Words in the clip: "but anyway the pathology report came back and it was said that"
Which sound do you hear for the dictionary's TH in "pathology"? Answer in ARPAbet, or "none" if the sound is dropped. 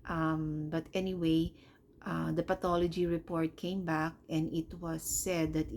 T